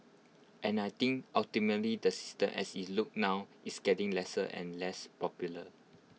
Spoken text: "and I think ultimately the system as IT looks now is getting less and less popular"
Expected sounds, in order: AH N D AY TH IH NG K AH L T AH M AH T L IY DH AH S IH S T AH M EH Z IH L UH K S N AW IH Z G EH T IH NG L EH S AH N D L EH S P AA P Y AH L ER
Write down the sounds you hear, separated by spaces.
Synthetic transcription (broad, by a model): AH N AY T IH NG K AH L T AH M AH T L IY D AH S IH S T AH M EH S IH L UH K N AW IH S G EH T IH NG L EH S AH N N L EH S P AA P Y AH L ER